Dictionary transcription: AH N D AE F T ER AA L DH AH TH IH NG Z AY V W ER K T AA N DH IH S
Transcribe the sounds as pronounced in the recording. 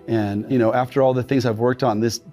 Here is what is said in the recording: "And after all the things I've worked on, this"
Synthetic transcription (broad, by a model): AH N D AE F T ER AA L DH AH TH IH NG Z AY V W ER K T N DH IH S